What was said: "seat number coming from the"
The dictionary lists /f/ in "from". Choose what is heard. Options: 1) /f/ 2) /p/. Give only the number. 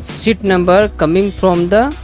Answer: 2